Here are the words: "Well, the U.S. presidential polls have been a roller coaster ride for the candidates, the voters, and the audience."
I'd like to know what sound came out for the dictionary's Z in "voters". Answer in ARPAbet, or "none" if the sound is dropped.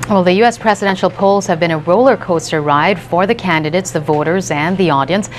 Z